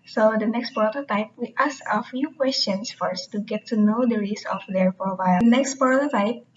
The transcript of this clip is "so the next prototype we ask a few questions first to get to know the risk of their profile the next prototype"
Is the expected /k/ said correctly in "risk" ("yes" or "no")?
no